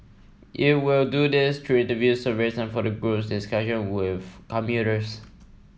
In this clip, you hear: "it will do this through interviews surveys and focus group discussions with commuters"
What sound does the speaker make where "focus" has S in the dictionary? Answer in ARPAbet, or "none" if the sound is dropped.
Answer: none